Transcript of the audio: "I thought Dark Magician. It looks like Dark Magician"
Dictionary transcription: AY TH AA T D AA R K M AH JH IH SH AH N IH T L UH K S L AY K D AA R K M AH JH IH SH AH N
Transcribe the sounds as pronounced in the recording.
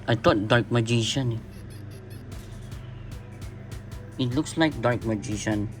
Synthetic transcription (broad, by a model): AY T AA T D AA R K M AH JH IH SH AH N IH T L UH K S L AY K D AA R K M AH JH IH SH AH N